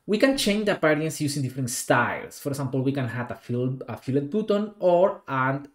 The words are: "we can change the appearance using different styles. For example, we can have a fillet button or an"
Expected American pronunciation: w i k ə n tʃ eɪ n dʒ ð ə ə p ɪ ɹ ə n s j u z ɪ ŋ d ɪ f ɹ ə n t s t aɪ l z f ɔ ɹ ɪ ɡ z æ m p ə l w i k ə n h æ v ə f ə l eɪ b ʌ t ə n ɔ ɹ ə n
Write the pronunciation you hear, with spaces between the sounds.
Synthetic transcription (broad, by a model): w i k ə n tʃ eɪ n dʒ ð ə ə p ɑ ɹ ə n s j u s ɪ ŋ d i f ɹ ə n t s t aɪ l s f ɔ ɹ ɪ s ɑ m p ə l w i k ə n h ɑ f ə f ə l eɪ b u t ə n ɔ ɹ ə n